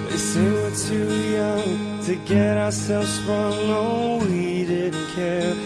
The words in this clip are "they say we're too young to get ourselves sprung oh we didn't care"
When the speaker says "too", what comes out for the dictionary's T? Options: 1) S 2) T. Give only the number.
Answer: 2